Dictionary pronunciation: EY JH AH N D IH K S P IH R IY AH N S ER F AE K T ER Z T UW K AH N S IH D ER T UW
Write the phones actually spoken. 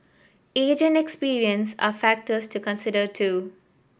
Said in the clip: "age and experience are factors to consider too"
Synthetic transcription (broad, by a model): EY JH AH N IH K S P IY R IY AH N S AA F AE K T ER S T UW K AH N S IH D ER T UW